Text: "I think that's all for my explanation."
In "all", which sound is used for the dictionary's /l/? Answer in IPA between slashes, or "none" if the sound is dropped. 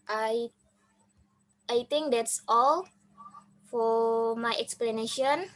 /l/